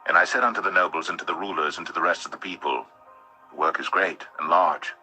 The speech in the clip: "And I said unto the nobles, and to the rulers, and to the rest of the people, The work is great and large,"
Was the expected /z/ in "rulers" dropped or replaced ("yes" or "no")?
no